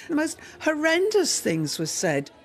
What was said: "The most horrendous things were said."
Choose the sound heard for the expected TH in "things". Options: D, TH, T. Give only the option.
TH